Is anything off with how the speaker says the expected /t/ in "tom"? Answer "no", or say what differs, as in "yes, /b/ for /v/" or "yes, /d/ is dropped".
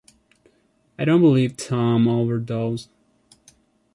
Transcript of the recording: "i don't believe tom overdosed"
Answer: no